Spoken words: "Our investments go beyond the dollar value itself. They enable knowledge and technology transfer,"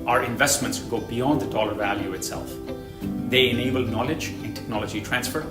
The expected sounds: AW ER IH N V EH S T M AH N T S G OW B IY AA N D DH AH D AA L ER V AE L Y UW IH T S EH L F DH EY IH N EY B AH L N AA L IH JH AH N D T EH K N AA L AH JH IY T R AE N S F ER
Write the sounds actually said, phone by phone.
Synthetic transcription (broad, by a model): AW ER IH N V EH S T M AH N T S G OW B IY AA N D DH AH D AA L ER V AE L Y UW IH T S EH L F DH EY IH N EY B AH L N AA L IH JH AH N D T EH K N AA L AH JH IY T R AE N S F ER